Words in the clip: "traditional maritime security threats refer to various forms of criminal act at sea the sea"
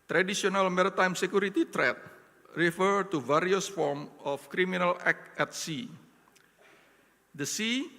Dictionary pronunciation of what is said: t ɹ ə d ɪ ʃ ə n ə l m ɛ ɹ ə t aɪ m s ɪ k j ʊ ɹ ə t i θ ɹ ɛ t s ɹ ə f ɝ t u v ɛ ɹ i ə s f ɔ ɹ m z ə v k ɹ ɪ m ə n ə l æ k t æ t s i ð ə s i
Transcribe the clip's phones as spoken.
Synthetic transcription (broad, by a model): t ɹ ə d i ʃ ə n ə l m ɛ ɹ ə t aɪ m s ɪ k j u ɹ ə t i t ɹ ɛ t ɹ ə f ɝ t u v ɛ ɹ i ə s f ɔ ɹ m ə f k ɹ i m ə n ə l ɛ k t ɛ t s i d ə s i